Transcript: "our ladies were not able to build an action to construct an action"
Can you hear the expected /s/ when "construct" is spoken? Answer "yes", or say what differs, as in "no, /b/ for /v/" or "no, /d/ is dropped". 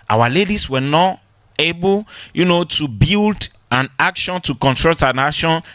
no, /s/ is dropped